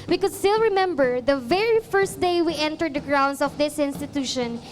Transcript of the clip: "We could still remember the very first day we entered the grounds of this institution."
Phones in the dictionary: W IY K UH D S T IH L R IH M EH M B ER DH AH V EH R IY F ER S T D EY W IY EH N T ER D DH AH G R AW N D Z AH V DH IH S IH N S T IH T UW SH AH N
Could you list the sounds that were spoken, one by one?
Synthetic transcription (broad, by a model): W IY K UH D S T IH L R IH M EH M B ER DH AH V EH R IY F ER S T D EY W IY EH N T ER D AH G R AW N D S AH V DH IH S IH N S T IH T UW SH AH N